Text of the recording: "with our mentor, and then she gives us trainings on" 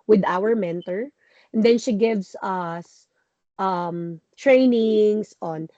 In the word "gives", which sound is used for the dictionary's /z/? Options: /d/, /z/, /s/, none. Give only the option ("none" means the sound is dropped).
/s/